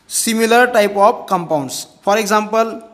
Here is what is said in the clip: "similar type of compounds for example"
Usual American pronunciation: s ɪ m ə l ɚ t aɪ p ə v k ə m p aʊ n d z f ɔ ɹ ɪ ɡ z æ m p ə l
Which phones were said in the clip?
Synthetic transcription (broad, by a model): s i m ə l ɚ t aɪ p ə b k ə m p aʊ n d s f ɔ ɹ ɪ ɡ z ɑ m p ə l